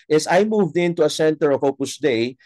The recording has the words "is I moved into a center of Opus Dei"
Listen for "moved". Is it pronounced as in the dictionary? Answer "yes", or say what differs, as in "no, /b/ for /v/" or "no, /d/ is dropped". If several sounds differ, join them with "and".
yes